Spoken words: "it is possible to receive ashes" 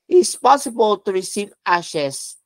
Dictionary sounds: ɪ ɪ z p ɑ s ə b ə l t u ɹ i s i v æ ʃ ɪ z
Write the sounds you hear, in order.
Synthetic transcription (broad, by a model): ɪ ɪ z p ɑ s ə b ə l t u ɹ i s i v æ ʃ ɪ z